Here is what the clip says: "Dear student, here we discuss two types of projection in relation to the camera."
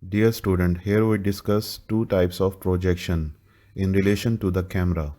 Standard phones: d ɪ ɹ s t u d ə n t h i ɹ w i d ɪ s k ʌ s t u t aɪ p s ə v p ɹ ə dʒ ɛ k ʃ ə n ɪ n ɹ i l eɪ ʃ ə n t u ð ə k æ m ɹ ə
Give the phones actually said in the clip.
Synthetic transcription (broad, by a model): d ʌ ɹ s t u d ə n t h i ɹ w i d ɪ s k ʌ s t u t aɪ p s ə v p ɹ ə dʒ ɛ k ʃ ə n ɪ n ɹ i l eɪ ʃ ə n t u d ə k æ m ɹ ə